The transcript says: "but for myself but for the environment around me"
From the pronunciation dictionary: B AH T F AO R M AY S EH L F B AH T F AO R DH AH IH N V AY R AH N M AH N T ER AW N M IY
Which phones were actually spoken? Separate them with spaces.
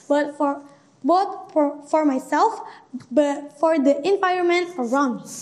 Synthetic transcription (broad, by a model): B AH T F AO R M AY S EH L F B AH T F AO R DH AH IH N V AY AH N M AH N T ER AW N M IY